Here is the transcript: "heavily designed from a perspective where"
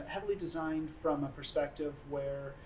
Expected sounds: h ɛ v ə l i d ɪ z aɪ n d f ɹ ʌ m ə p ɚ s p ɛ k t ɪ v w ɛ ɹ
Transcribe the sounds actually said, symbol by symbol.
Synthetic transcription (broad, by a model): h ɛ v l i d ɪ z aɪ n d f ɹ ʌ m ə p ɚ s p ɛ k t ɪ v w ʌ ɹ